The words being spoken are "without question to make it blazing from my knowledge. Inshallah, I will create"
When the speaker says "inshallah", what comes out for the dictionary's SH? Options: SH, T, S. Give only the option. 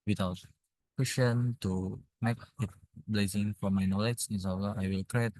S